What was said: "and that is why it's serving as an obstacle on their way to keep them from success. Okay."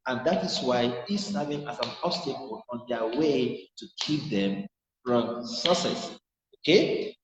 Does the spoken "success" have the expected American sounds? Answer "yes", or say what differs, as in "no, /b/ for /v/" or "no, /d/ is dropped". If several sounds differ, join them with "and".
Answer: no, /k/ is dropped